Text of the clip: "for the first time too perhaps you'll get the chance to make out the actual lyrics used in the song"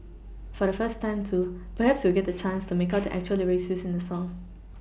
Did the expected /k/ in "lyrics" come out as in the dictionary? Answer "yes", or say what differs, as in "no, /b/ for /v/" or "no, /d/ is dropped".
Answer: no, /k/ is dropped